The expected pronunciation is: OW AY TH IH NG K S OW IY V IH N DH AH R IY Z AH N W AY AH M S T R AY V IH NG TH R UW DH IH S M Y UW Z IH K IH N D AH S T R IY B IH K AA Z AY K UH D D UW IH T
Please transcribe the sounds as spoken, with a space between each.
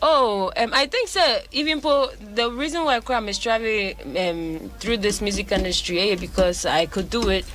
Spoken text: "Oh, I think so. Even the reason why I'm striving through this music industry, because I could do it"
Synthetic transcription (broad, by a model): OW AY TH IH NG K S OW IY V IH N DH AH R IY Z AH N W AY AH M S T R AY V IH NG TH R UW DH IH S M Y UW Z IH K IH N D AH S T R IY B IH K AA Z AY K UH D D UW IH T